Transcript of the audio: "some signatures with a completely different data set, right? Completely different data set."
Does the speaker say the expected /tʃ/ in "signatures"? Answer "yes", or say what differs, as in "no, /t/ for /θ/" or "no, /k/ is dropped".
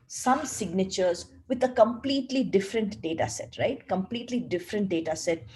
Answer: yes